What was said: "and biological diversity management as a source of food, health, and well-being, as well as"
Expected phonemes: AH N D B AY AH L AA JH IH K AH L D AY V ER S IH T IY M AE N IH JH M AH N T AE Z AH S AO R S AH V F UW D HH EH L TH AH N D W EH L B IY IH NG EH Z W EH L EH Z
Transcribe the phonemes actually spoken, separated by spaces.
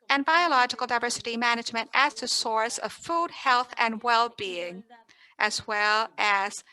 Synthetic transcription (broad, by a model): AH N B AY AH L AA JH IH K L D AY V ER S IH T IY M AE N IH JH M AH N T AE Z AH S AO R S AH V F UW D HH EH L TH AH N W EH L B IY IH NG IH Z W EH L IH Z